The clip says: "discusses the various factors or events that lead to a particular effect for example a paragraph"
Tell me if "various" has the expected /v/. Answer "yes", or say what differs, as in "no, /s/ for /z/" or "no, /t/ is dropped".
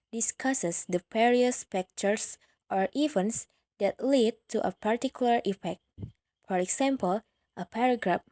no, /p/ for /v/